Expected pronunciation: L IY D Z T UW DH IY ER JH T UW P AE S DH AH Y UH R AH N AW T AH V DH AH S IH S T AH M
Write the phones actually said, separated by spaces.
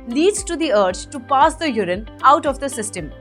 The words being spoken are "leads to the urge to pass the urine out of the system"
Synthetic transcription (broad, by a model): L IY D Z T UW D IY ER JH T UW P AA S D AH Y UH R AH N AW T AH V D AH S IH S T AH M